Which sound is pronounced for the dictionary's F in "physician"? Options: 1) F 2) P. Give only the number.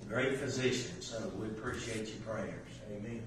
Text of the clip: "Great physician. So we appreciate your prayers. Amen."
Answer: 1